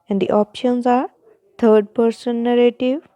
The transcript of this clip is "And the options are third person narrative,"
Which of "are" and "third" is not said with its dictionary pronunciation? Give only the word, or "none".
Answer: third